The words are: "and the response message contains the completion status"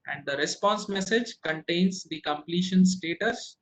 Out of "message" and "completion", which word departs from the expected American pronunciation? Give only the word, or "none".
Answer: none